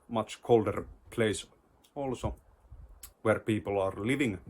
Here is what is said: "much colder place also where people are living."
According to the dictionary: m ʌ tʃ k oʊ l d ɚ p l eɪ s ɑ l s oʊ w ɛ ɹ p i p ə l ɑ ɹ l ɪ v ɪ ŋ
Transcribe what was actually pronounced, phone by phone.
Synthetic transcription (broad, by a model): m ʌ tʃ k oʊ l d ɚ p l eɪ s ɑ l s oʊ w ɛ ɹ p i p ə l ɑ ɹ l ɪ v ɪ ŋ